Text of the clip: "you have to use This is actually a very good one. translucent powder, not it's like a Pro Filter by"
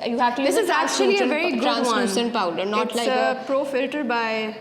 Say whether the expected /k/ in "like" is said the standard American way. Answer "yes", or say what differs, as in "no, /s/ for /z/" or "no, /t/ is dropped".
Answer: no, /k/ is dropped